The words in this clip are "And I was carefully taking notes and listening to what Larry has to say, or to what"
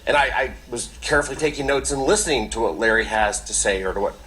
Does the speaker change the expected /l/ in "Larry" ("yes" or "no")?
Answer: no